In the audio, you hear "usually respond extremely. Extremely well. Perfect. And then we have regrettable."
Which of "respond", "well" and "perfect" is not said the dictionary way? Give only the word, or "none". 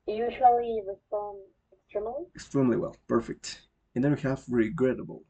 respond